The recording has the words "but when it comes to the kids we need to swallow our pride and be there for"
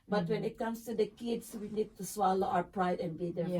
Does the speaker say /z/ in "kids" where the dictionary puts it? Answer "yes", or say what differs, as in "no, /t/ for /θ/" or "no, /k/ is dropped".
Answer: no, /s/ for /z/